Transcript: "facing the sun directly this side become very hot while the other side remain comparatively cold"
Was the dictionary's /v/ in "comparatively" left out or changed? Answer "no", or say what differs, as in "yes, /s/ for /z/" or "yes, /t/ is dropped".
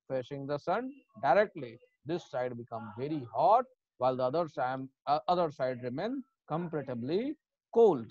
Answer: yes, /b/ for /v/